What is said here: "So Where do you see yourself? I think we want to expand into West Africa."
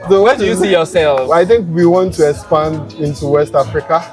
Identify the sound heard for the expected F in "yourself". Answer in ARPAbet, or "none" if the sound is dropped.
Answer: none